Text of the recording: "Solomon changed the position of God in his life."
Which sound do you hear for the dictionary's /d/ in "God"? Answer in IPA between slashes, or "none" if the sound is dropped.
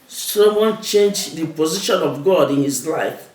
/d/